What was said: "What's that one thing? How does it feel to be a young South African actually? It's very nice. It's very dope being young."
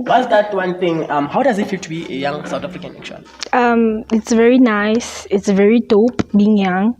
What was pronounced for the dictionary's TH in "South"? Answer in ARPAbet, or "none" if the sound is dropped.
T